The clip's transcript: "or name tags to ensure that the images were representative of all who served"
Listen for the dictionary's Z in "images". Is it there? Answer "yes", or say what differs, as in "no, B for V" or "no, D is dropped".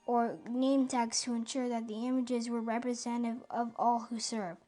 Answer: yes